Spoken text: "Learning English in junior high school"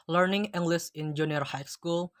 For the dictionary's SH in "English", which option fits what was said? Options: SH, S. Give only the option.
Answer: S